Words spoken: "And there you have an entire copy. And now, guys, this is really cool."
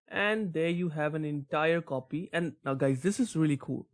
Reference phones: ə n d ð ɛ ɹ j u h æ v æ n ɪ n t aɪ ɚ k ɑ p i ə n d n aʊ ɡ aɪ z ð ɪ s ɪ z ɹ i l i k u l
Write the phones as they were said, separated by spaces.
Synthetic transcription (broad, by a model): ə n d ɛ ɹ j u h æ v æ n ɪ n t aɪ ɚ k ɑ p i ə n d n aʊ ɡ aɪ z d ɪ s ɪ z ɹ i l i k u l